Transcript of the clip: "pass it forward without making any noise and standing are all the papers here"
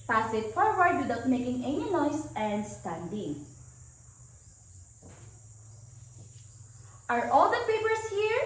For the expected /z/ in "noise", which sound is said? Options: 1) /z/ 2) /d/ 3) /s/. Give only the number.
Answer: 3